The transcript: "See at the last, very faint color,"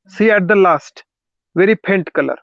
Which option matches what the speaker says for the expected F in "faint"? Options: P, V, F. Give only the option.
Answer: P